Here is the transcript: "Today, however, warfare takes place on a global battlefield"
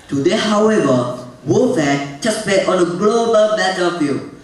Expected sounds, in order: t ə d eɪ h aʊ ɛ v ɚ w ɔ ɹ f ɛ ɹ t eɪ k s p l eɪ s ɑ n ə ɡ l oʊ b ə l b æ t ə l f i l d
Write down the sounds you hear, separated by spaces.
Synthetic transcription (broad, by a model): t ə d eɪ h aʊ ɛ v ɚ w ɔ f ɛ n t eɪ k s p eɪ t ɑ n ə ɡ l oʊ b ə l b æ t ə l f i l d